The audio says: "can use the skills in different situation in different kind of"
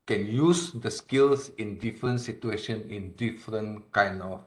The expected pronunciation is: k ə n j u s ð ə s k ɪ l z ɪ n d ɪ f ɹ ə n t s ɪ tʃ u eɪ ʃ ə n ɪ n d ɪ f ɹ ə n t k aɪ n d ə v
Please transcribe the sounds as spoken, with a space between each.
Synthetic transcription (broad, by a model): k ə n j u s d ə s k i l s ɪ n d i f ɹ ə n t s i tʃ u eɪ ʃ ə n ɪ n d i f ɹ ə n k aɪ n ə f